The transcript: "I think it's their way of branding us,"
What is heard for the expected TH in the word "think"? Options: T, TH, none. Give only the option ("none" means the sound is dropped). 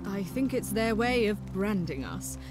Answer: TH